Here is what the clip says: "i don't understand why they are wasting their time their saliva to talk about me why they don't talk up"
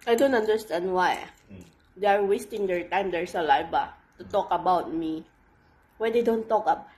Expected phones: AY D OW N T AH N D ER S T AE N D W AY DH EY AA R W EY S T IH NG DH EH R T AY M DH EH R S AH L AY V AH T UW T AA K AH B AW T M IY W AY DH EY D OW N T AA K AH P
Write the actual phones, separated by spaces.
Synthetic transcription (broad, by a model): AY D OW N T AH N D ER S T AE N D W AY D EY AA R W EY S T IH NG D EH R T AY M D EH R S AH L AY B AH T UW T AA K AH B AW T M IY W AY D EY D OW N T AA K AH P